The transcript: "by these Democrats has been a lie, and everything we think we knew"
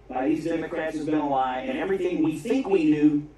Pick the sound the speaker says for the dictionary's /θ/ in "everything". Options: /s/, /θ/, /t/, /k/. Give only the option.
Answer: /θ/